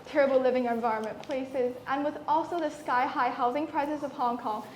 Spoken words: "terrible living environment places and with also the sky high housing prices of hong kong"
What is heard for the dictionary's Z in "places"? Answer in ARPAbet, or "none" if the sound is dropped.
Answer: Z